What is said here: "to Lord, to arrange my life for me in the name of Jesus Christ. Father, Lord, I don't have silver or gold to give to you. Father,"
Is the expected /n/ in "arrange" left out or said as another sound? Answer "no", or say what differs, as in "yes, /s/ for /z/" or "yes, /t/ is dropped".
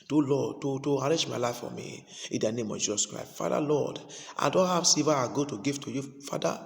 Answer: yes, /n/ is dropped